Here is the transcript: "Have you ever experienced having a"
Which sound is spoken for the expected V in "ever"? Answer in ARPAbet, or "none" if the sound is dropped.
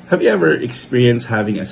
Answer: V